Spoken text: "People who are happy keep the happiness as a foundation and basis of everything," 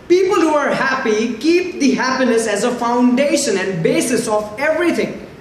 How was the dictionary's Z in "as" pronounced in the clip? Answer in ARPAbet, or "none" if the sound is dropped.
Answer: Z